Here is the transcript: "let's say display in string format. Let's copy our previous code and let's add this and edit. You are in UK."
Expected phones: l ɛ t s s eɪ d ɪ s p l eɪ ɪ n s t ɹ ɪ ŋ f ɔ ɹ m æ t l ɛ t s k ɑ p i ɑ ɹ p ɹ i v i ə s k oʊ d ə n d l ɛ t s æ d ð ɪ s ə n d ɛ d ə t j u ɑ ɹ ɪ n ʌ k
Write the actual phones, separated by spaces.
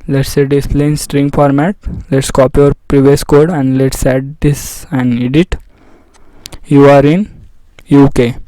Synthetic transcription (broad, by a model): l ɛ t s s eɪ d ɪ s p l eɪ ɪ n s t ɹ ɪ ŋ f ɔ ɹ m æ t l ɛ t s k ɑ p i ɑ ɹ p ɹ i v i ə s k oʊ d ə n d l ɛ t s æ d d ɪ s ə n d ɛ d ə t j u ɑ ɹ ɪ n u k